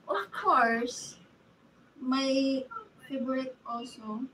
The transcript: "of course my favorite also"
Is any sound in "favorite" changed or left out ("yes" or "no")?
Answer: yes